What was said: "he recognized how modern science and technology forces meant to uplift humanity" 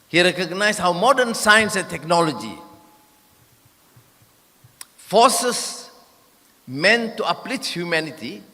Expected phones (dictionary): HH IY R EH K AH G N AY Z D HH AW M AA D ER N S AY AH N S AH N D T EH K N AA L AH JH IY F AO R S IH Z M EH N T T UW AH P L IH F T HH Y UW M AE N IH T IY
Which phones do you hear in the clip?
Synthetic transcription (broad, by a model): HH IY R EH K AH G N AY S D HH AW M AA D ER N S AY AH N S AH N T EH K N AA L AH JH IY F AO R S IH S M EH N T T UW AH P L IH T HH Y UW M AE N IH T IY